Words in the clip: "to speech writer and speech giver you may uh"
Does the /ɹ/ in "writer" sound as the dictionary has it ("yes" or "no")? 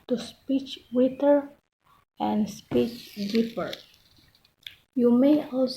no